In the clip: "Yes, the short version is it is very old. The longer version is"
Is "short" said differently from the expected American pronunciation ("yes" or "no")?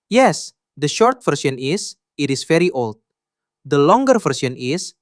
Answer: no